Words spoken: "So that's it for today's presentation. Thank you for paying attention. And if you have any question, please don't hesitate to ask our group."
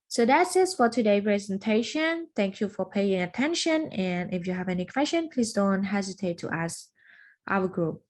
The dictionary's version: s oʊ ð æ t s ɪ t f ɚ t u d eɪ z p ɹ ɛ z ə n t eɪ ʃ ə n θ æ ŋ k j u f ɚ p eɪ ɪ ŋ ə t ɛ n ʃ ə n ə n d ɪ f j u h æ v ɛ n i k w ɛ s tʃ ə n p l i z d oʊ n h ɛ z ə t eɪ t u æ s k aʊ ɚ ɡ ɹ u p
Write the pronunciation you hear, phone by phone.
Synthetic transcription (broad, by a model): s oʊ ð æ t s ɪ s f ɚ t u d eɪ p ɹ ɛ z ə n t eɪ ʃ ə n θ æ ŋ k j u f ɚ p eɪ ɪ ŋ ə t ɛ n ʃ ə n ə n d ɪ f j u h æ v ɛ n i k w ɛ s tʃ ə n p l i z d oʊ n h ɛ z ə t eɪ t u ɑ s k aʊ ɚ ɡ ɹ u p